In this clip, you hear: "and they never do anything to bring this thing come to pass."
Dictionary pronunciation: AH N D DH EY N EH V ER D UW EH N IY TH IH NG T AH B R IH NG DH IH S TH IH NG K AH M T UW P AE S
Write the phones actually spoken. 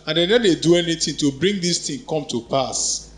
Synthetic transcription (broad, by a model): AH N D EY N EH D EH D UW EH N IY T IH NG T AH B R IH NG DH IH S T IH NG K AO M T UW P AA S